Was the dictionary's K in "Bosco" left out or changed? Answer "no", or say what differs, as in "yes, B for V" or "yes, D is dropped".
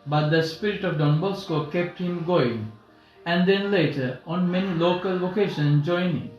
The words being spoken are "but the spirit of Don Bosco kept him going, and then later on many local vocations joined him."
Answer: no